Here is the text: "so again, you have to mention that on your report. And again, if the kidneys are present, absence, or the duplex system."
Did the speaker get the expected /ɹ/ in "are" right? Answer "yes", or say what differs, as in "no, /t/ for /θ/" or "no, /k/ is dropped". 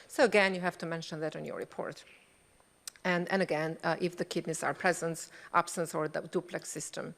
yes